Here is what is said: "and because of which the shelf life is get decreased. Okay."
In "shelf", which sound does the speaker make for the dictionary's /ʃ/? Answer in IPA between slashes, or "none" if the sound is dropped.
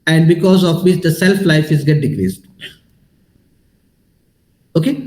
/s/